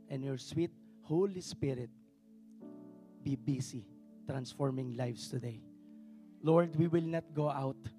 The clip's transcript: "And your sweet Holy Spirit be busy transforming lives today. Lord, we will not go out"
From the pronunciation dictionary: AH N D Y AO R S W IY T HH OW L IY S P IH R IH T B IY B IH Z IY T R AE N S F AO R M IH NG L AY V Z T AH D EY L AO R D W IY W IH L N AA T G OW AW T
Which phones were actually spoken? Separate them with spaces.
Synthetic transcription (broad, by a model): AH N Y AO R S W IY T HH OW L IY S P IH R IH T B IY B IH S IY T R AE N S F AO R M IH NG L AY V S T AH D EY L AO R D W IY W IH L N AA T G OW AW T